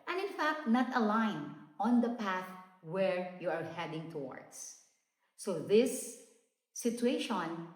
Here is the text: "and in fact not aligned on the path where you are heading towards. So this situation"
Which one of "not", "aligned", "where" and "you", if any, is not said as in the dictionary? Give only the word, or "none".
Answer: aligned